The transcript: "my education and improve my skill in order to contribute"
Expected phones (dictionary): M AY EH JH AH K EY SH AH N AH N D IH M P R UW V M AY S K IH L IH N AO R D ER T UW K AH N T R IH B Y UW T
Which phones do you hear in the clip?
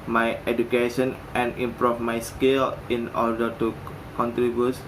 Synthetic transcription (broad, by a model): M AY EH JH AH K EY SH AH N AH N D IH M P R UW F M AY S K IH L IH N AO R D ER T UW K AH N T R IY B Y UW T